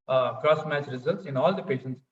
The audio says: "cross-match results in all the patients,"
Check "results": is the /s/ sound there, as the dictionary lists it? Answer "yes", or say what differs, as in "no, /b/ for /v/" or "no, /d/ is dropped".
yes